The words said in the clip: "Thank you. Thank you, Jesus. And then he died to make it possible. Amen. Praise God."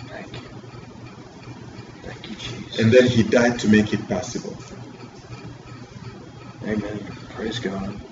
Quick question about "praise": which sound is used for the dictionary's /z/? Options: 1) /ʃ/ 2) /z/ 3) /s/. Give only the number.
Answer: 2